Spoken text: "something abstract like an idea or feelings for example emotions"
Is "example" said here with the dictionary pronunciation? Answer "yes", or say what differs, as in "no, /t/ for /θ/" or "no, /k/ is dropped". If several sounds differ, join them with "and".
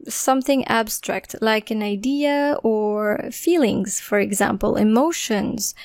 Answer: yes